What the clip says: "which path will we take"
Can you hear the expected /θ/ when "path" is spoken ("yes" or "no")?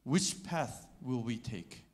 yes